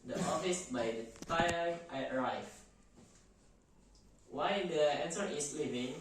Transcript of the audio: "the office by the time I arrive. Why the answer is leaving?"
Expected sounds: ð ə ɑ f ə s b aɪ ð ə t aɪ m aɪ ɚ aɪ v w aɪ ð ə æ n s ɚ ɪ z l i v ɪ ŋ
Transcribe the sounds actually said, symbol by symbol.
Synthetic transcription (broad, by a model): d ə ɑ f ə s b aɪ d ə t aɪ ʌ aɪ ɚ aɪ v w aɪ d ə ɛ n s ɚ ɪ s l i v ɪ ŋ